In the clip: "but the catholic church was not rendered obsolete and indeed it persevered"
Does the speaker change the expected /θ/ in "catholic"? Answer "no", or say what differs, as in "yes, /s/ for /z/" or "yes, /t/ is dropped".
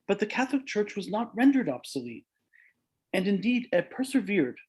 no